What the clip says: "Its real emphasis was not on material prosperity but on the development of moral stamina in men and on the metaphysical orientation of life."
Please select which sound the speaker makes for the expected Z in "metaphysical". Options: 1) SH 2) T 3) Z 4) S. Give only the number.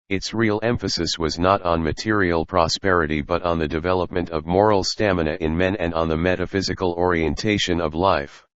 3